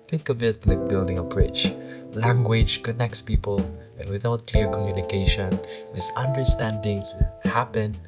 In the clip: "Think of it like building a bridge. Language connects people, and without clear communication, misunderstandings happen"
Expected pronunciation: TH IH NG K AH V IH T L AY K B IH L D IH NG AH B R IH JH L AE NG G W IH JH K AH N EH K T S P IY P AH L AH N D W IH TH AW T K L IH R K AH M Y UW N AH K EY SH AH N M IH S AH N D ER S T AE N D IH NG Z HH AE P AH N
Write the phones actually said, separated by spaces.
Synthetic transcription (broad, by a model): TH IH NG K AH V IH T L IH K B IH L D IH NG AH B R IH CH L AE NG G W IH JH K AH N EH K T S P IY P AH L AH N W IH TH AW T K L IH R K AH M Y UW N AH K EY SH AH N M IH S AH N D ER S T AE N D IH NG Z HH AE P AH N